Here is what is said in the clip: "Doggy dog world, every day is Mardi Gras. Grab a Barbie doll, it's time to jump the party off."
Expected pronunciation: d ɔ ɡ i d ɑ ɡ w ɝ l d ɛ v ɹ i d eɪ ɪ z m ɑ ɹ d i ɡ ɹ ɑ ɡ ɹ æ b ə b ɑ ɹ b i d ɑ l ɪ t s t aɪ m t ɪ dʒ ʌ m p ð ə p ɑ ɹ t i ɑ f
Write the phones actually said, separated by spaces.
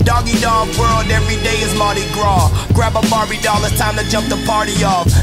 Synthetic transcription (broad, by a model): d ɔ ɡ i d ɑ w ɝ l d ɛ v ɹ i d eɪ ɪ z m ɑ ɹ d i ɡ ɹ ɑ ɡ ɹ æ b ə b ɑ ɹ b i d ɑ l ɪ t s t aɪ m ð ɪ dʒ ʌ m p ð ə p ɑ ɹ t i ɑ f